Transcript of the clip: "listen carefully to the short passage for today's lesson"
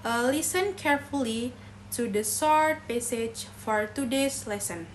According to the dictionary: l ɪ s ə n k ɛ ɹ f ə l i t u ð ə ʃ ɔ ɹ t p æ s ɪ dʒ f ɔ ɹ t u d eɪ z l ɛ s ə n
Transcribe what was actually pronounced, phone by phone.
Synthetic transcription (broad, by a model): l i s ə n k ɛ ɹ f ə l i t u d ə s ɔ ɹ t p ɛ s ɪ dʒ f ɔ ɹ t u d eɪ s l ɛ s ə n